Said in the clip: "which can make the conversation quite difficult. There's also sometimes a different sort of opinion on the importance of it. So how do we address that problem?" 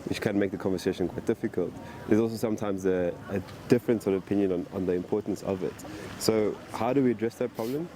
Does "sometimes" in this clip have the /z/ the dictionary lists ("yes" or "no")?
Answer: yes